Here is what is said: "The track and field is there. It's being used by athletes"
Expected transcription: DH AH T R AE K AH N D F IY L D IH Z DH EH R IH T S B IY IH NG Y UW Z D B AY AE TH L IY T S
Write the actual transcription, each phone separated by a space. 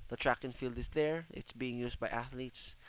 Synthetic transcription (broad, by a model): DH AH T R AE K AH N F IY L D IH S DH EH R IH T S B IY IH NG Y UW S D B AY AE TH L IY T S